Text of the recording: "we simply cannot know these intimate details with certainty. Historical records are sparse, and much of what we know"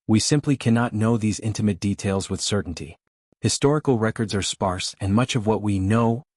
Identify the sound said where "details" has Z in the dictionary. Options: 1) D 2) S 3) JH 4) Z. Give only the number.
4